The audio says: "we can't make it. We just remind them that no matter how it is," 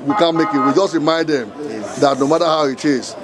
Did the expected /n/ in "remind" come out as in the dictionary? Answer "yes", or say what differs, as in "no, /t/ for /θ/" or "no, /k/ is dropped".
no, /n/ is dropped